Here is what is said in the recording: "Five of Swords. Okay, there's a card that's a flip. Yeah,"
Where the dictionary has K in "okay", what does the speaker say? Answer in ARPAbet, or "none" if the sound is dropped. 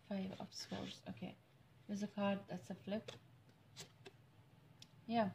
K